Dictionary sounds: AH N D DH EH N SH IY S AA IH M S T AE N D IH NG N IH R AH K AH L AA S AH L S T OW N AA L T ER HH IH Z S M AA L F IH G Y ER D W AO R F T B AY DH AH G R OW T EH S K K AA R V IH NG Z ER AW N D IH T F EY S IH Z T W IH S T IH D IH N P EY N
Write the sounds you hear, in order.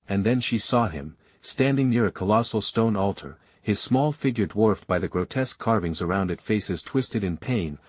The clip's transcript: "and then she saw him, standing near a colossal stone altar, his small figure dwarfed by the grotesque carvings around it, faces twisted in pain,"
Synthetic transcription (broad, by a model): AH N DH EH N SH IY S AA IH M S T AE N D IH NG N IH R AH K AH L AA S L S T OW N AA L T ER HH IH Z S M AA L F IH G Y ER D W AO R F T B AY DH AH G R OW T EH S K K AA R V IH NG Z ER AW N D IH T F EY S IH Z T W IH S T IH D IH N P EY N